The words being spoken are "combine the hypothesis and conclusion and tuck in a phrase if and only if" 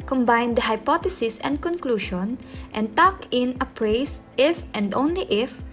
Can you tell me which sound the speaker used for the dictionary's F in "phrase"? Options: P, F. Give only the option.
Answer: P